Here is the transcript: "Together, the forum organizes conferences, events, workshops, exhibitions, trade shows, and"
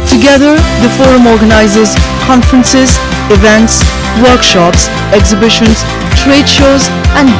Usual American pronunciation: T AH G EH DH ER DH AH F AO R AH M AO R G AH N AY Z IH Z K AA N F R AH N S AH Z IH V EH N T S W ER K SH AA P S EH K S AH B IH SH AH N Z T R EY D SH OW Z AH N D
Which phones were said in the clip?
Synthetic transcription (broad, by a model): T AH G EH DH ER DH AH F AO R AH M AO R G AH N AY Z IH Z K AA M F R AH N S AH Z IH V EH N T S W ER K SH AA P S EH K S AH B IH SH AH N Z T R EY D SH OW Z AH N